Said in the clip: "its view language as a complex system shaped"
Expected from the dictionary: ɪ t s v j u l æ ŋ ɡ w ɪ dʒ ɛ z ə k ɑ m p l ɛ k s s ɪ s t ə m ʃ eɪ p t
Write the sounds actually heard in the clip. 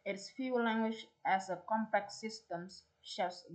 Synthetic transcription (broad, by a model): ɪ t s f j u l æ ŋ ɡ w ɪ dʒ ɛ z ə k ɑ m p ɛ k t s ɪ s t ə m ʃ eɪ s